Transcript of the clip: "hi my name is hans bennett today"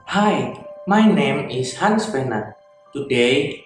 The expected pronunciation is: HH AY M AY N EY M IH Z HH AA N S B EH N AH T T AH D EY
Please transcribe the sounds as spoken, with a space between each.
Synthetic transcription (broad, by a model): HH AY M AY N EY M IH S HH AA N S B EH N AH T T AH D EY